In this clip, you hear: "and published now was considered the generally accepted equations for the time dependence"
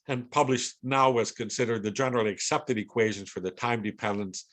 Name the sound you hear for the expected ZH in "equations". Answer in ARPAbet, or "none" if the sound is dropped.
ZH